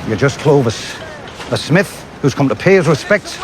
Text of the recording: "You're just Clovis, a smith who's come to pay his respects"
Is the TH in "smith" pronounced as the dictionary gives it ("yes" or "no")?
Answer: yes